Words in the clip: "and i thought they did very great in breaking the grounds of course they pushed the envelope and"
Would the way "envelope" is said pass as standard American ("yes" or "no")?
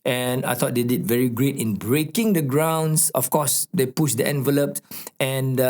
yes